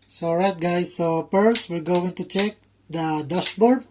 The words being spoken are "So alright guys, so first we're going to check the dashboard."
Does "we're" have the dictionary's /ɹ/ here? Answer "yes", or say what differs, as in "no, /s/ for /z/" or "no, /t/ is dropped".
no, /l/ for /ɹ/